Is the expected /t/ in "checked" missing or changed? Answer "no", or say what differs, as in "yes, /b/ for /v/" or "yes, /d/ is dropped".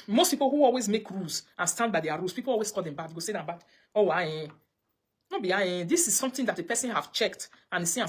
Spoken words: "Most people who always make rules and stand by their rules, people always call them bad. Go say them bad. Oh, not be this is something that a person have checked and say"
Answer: no